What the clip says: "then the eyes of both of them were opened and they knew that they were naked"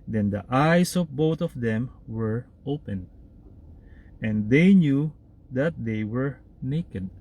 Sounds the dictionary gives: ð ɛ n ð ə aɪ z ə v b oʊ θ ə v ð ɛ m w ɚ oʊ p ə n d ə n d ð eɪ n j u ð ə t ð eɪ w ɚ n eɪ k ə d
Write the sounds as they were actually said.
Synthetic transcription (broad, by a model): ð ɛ n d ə aɪ s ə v b oʊ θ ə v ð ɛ m w ɚ oʊ p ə n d ə n d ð eɪ n j u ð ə t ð eɪ w ɚ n eɪ k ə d